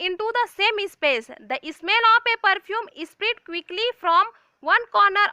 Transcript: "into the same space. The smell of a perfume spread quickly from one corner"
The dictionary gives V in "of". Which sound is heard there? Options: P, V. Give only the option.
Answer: P